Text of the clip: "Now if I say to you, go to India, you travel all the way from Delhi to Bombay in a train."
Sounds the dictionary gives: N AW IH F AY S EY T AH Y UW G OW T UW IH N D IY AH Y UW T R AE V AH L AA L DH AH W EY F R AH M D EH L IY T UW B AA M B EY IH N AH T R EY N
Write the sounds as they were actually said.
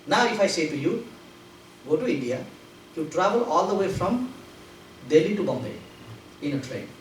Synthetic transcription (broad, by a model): N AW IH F AY S EY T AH Y UW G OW T UW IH N D IY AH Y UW T R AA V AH L AA L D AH W EY F R AH M D EH L IY T UW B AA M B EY IH N AH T R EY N